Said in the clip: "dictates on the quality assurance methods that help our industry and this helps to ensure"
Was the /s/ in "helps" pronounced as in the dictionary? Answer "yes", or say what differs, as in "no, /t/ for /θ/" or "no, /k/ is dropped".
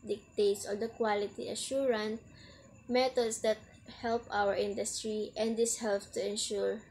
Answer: no, /s/ is dropped